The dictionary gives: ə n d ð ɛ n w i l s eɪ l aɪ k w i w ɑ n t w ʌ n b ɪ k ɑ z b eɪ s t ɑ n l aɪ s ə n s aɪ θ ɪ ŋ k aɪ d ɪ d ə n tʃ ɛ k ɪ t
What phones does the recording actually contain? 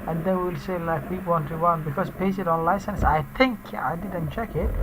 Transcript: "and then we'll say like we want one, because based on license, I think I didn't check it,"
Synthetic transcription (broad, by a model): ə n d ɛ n w i l s eɪ l aɪ k w i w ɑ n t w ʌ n b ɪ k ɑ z b eɪ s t ɑ n l aɪ s ə n s aɪ t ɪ ŋ k aɪ d ɪ d ə n tʃ ɛ k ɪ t